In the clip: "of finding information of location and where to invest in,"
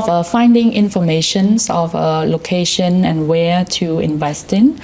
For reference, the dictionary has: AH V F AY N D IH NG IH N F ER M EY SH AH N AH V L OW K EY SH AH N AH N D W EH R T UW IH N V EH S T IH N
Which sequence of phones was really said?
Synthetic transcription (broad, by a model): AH F AY N D IH NG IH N F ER M EY SH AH N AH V L OW K EY SH AH N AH N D W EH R T UW IH N V EH S T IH N